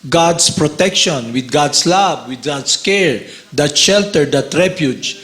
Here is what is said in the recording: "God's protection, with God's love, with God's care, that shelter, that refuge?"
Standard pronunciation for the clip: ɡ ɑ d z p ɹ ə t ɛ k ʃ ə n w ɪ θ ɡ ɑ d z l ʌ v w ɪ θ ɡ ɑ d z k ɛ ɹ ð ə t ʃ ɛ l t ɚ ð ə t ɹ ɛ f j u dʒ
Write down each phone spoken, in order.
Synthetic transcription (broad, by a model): ɡ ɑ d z p ɹ ə t ɛ k ʃ ə n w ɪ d ɡ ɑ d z l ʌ b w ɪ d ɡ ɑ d s k ɛ ɹ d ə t ʃ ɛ l t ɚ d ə t ɹ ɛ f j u dʒ